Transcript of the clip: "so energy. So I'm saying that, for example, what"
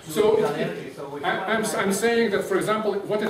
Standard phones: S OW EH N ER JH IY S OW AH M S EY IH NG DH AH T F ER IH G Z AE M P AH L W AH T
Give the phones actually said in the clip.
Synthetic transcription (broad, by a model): S OW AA AA IY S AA AH M S EY IH NG DH AH T F ER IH G Z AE M P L W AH T